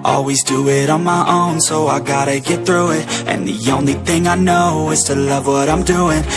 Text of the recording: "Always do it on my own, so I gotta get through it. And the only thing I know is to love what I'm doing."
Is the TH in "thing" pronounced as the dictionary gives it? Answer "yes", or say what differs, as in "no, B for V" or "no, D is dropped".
yes